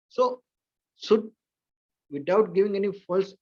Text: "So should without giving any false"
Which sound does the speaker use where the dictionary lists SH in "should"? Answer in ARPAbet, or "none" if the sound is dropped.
S